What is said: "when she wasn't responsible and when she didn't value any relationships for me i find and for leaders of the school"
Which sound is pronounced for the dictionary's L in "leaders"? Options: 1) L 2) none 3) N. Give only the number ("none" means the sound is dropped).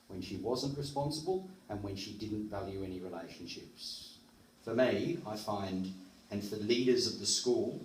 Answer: 1